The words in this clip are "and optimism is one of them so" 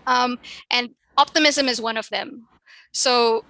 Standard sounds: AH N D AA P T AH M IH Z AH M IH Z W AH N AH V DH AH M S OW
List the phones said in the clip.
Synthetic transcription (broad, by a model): AH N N AA P T AH M IH Z AH M IH Z W AH N AH V DH AH M S OW